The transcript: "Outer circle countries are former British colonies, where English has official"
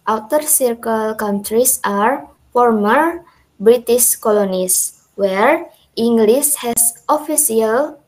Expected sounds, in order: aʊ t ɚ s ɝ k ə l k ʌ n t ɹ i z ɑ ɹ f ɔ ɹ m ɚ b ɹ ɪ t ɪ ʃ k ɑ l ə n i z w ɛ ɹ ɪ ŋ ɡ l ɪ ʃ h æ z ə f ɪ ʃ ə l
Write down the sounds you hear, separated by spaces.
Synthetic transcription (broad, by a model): aʊ t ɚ s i k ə l k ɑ n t ɹ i s ɑ ɹ f ɔ ɹ m ɚ b ɹ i t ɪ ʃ k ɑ l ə n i s w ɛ ɹ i ŋ ɡ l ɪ s h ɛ s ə f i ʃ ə l